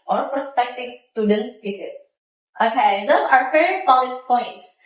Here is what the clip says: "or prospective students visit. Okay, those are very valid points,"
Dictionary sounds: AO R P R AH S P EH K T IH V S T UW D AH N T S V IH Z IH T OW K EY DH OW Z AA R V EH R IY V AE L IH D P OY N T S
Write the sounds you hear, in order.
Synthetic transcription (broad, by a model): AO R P AH S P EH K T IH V S T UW D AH N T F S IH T T OW K EY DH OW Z AA R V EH R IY P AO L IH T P OY N T S